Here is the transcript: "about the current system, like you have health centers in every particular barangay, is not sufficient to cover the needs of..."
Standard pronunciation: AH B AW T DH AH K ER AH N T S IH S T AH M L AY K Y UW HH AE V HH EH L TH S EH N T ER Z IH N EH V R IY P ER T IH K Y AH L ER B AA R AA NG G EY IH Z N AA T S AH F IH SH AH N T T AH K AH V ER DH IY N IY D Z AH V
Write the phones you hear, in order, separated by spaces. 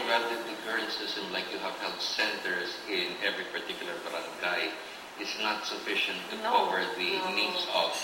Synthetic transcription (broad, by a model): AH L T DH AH K ER AH N T S IH S T AH M L AY K Y UW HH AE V HH EH L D S EH N T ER S IH N EH V R IY P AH T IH K Y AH L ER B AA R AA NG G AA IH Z N AA T S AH F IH SH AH N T T AH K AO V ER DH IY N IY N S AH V